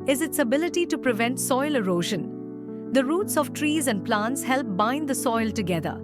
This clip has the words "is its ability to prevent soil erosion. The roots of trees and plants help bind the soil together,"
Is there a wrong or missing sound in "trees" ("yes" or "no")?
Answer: no